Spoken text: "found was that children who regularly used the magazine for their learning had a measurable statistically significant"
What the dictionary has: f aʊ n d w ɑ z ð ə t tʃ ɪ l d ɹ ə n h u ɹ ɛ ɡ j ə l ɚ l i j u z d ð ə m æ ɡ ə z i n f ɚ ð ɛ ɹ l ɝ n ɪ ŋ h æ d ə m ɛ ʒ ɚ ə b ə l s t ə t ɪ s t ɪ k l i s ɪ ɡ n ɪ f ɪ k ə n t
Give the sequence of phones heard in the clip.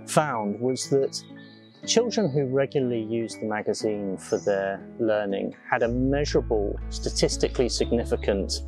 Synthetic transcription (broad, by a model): f aʊ n d w ɑ z ð ə t tʃ ɪ l d ɹ ə n h u ɹ ɛ ɡ j l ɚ l i j u z ð ə m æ ɡ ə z i n f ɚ ð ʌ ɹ l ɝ n ɪ ŋ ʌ d ə m ɛ ʒ ɚ ə b ə l s t ə t ɪ s t ɪ k l i s ɪ ɡ n ɪ f ɪ k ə n t